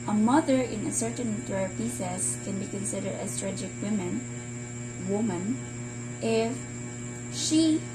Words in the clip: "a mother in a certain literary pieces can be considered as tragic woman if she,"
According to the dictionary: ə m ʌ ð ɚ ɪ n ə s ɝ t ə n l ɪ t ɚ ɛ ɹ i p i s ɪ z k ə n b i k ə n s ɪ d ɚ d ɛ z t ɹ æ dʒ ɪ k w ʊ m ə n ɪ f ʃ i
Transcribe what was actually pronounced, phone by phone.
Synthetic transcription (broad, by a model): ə m ʌ ð ɚ ɪ n ə s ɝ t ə n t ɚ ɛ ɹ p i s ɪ s k ə n b i k ə n s ɪ d ɚ d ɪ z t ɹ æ dʒ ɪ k w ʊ m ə n ɪ f ʃ i